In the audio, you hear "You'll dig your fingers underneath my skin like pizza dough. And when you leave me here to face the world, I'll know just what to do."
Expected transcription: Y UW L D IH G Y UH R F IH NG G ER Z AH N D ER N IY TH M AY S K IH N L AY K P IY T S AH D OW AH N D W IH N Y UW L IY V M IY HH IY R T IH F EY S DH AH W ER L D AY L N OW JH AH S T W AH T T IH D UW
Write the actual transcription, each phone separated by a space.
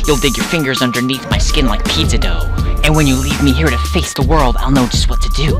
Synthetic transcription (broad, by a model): Y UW L D IH G Y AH R F IH NG G ER Z AH N D ER N IY TH M AY S K IH N L AY K P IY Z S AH D OW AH N W IH N Y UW L IY V M IY HH IY R T IH F EY S DH AH W ER L D AY L N OW JH AH S T W AH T T IH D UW